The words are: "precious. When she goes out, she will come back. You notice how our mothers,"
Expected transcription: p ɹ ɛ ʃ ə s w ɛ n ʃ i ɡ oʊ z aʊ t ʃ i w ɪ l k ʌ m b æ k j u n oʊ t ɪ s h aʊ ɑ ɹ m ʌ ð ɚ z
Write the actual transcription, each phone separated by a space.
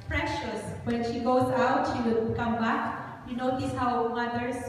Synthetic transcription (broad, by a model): p ɹ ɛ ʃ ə s w ɛ n ʃ i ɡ oʊ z aʊ t ʃ i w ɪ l k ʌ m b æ k j u n oʊ t ɪ s h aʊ ɑ w m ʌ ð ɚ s